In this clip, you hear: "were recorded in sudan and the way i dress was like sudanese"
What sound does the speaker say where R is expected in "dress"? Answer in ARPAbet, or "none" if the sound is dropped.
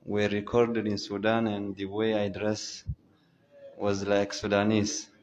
R